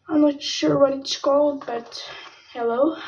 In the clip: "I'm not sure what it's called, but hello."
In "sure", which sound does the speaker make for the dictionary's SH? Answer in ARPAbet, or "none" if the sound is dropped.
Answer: SH